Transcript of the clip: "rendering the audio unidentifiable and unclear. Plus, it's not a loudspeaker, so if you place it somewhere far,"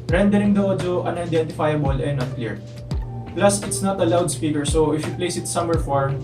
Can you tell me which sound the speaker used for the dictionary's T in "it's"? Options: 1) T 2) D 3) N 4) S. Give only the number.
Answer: 1